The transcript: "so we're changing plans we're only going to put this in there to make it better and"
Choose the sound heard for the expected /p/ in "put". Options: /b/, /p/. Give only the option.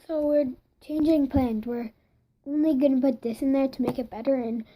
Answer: /b/